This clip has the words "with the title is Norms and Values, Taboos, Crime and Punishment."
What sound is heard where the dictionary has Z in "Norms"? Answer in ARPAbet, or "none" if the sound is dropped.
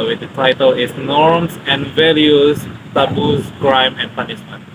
S